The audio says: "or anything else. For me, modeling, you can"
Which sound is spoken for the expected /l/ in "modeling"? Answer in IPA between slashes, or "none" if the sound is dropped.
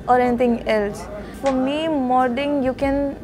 none